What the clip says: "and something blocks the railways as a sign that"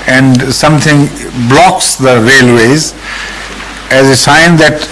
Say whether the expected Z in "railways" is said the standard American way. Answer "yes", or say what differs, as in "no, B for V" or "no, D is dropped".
yes